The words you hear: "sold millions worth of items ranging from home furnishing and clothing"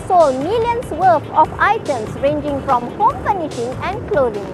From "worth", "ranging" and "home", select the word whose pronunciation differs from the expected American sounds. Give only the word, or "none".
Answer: worth